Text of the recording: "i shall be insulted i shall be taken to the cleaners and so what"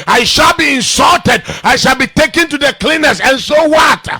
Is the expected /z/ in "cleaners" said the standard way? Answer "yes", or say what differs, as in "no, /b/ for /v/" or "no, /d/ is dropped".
no, /s/ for /z/